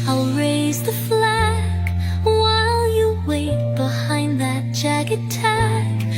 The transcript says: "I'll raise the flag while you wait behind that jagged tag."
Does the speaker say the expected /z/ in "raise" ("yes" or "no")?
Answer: yes